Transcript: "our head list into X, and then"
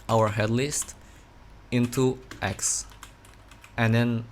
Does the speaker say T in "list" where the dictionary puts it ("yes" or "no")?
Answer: yes